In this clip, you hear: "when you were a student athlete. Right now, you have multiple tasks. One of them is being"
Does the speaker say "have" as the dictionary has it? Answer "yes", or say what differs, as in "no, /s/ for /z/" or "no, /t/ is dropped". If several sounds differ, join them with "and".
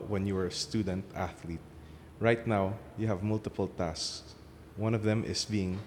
yes